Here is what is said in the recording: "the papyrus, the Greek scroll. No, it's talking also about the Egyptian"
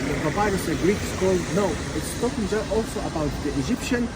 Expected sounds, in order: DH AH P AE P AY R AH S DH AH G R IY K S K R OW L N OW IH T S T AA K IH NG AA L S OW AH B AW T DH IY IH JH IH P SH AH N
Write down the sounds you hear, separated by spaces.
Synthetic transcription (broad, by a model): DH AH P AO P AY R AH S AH G R IY K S K OW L N OW IH T S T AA K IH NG AA L S OW AH B AW T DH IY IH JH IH P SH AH N